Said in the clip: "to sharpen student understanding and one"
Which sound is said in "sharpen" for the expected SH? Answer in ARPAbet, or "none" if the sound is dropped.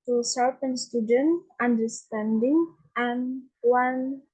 S